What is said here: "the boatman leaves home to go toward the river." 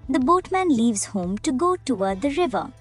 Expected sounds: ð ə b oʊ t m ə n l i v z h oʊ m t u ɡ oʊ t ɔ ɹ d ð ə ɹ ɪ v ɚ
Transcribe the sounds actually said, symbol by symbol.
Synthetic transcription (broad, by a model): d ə b oʊ t m ə n l i v z h oʊ m t u ɡ oʊ t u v d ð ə ɹ ɪ v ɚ